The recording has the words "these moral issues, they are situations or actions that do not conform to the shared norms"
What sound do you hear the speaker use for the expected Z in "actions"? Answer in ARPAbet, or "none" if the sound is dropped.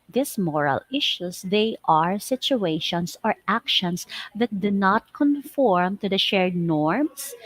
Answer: S